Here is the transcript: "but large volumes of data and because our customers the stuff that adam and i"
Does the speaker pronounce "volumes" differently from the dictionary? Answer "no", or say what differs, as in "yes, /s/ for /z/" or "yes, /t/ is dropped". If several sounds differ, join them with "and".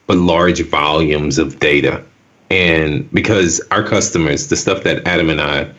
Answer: no